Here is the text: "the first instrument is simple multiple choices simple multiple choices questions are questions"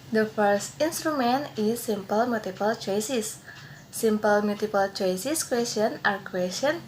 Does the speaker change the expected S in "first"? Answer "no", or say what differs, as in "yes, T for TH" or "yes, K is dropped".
no